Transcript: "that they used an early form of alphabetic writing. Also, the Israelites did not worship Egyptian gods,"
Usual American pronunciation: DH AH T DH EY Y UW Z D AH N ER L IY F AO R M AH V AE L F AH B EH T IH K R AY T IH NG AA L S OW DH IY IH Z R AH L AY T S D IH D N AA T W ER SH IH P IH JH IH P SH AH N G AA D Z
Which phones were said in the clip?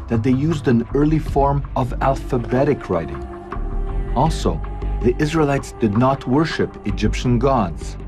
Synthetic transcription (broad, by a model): DH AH T DH EY Y UW Z D AH N ER L IY F AO R M AH V AE L F AH B EH T IH K R AY T IH NG AA L S OW DH IY IH Z R AH L AY T S D IH D N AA T W ER SH IH P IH JH IH P SH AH N G AA D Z